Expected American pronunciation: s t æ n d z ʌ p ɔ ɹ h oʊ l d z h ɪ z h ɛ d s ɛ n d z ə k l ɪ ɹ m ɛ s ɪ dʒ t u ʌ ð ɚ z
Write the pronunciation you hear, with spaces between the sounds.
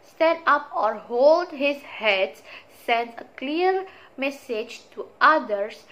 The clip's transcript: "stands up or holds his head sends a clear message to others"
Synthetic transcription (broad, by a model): s t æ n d ʌ p ɔ ɹ h oʊ l d h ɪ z h ɛ d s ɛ n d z ə k l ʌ ɹ m ɛ s ɪ dʒ t u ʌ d ɚ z